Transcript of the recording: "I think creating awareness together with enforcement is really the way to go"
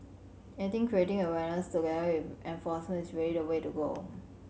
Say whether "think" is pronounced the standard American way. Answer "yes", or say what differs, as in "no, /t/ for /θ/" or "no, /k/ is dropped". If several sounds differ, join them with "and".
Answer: no, /t/ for /θ/